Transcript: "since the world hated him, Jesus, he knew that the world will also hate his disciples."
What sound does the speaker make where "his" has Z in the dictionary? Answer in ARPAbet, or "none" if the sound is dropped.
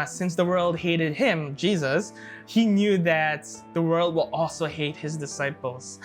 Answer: Z